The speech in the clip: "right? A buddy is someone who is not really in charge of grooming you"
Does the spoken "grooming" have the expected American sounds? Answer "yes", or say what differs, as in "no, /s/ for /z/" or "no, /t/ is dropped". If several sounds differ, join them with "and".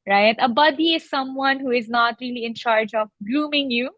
no, /l/ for /ɹ/